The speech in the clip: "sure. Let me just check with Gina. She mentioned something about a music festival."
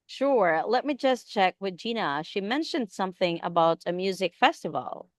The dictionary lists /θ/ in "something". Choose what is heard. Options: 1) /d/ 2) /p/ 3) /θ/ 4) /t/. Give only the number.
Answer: 3